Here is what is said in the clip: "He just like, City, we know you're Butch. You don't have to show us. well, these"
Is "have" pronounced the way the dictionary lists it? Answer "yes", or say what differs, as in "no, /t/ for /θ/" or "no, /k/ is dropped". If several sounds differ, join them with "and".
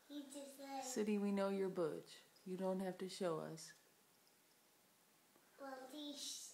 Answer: no, /f/ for /v/